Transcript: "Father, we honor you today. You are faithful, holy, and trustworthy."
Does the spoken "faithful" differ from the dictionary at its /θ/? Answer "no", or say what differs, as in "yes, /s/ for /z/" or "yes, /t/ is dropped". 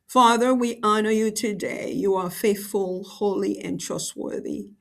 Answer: no